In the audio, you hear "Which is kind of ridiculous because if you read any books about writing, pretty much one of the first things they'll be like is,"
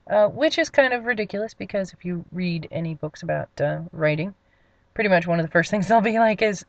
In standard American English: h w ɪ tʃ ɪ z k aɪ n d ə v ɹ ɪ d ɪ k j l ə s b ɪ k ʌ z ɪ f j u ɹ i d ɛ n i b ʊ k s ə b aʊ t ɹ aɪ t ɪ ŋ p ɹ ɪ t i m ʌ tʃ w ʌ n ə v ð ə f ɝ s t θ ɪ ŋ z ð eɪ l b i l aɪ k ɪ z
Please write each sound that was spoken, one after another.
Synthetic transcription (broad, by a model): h w ɪ tʃ ɪ z k aɪ n d ə v ɹ ɪ d ɪ k j l ə s b ɪ k ʌ z ɪ f j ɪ ɹ i d ɛ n i b ʊ k s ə b aʊ t ɹ aɪ t ɪ ŋ p ɹ ɪ t i m ʌ tʃ w ʌ n ə v ð ə f ɝ s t θ ɪ ŋ z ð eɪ l b i l aɪ k ɪ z